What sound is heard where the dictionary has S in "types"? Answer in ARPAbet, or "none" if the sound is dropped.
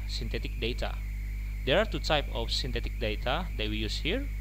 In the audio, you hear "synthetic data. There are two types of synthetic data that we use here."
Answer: none